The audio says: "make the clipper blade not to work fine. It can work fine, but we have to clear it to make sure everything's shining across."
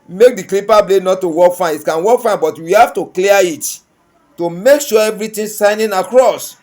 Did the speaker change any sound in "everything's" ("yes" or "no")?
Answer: yes